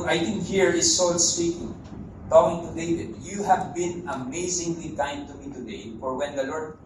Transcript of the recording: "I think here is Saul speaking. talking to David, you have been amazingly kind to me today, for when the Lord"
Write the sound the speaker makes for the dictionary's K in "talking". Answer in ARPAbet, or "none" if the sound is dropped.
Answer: none